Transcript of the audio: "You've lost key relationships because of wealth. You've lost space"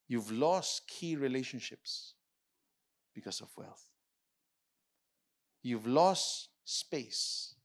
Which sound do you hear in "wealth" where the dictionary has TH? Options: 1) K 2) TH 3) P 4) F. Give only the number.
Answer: 2